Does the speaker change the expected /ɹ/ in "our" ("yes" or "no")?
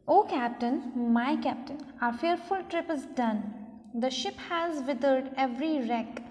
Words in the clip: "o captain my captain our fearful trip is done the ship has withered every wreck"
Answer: no